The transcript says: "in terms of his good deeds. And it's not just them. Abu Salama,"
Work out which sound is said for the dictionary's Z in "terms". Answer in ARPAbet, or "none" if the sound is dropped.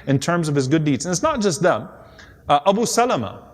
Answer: Z